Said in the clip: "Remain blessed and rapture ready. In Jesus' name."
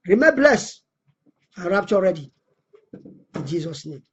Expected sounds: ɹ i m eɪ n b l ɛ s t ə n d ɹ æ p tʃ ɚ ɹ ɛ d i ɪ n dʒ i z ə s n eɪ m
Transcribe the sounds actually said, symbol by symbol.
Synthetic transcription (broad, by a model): ɹ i m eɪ b l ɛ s ə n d ɹ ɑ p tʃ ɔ ɹ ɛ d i ɪ n dʒ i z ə s n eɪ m